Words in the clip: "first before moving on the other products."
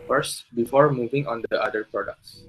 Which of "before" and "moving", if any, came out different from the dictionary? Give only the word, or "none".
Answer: none